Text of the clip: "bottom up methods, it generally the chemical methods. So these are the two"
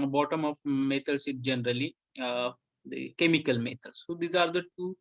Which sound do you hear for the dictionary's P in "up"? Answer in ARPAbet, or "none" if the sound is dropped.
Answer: F